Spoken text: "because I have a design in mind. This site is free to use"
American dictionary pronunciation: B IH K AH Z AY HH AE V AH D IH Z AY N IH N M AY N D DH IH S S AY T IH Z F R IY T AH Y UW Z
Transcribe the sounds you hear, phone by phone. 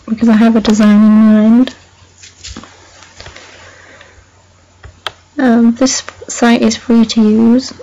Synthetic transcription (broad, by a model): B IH K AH Z AY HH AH V AH D IH Z AY N IH N M AY N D DH IH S S AY T IH Z F R IY T AH Y UW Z